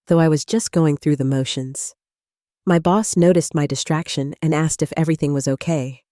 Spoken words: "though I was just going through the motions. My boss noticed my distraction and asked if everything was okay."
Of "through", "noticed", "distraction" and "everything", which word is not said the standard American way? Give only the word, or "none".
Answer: none